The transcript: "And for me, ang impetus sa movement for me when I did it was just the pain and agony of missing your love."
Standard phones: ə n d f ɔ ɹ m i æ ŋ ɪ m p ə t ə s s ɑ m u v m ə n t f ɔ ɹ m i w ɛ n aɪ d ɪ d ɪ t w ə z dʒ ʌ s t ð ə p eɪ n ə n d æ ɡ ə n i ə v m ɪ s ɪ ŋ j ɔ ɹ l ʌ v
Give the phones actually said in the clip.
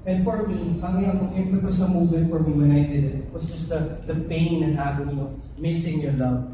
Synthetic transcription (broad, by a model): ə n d f ɔ ɹ m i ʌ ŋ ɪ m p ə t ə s s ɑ m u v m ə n t f ɔ ɹ m i w ɛ n aɪ d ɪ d ɪ t w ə s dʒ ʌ s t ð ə p eɪ n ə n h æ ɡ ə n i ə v m ɪ s ɪ ŋ j ɔ ɹ l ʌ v